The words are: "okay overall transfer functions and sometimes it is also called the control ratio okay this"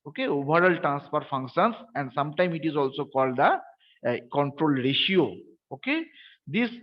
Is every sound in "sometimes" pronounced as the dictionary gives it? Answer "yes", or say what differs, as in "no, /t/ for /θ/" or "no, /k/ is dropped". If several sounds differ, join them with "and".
no, /z/ is dropped